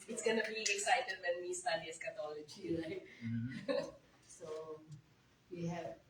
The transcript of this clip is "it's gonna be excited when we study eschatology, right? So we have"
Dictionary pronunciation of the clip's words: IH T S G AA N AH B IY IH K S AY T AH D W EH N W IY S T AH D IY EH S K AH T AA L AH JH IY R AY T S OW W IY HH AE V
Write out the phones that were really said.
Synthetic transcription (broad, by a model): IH T S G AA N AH B IY IH K S AY T AH D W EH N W IY S T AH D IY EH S K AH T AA L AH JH IY L AY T S OW W IY HH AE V